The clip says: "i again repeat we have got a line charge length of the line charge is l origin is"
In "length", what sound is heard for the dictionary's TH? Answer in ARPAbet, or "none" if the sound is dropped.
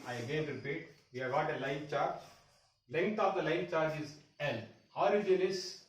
T